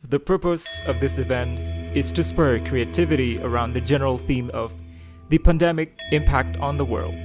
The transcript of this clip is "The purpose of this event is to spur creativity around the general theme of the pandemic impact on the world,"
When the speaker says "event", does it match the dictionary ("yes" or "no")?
yes